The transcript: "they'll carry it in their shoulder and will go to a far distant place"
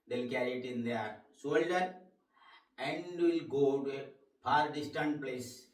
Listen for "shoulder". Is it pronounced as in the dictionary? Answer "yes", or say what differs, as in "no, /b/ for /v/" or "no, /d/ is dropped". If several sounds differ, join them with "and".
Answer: no, /s/ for /ʃ/